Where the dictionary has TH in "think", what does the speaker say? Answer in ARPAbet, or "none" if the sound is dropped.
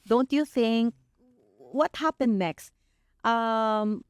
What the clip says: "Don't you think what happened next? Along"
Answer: TH